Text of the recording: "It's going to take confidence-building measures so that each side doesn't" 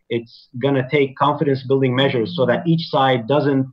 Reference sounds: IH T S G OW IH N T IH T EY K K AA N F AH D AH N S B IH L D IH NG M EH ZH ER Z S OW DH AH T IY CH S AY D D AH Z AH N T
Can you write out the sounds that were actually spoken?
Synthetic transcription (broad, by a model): IH T S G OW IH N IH T EY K K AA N F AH D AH N S B IH L D IH NG M EH ZH ER Z S OW DH AH T IY CH S AY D D AH Z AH N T